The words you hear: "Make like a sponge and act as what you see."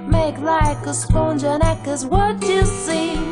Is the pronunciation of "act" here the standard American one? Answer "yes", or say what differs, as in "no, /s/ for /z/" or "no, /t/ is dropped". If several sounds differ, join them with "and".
no, /t/ is dropped